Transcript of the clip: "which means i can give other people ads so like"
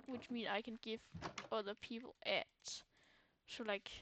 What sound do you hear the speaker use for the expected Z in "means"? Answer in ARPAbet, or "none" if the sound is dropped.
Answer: none